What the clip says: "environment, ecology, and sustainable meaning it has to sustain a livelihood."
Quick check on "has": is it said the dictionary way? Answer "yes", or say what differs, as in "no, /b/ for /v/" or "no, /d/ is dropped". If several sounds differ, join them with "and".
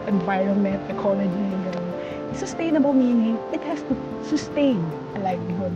no, /s/ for /z/